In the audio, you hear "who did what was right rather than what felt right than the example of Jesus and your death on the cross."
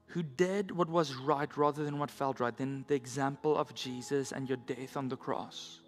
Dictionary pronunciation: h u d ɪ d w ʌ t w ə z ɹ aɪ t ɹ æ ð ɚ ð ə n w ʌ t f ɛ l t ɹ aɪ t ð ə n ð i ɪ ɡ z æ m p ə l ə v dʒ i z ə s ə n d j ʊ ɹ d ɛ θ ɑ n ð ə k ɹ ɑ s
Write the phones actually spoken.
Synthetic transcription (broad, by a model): h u d ɪ d w ʌ t w ə z ɹ aɪ t ɹ æ ð ɚ ð ə n w ʌ t f ɛ l t ɹ aɪ t ð ə n ð i ɪ ɡ z æ m p ə l ə v dʒ i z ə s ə n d j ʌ ɹ d ɛ θ n ð ə k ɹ ɑ s